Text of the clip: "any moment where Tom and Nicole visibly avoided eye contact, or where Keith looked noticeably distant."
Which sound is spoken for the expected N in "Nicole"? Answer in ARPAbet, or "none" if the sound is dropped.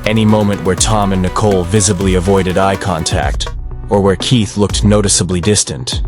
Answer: N